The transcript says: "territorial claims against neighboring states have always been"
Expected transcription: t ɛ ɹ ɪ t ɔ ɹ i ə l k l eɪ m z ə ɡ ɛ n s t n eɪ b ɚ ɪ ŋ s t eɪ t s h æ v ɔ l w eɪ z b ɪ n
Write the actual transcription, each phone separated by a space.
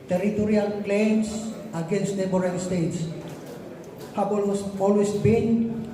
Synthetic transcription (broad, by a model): t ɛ ɹ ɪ t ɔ ɹ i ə l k l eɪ m s ə ɡ ɛ n s t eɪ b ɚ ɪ s t eɪ t s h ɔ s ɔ l w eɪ s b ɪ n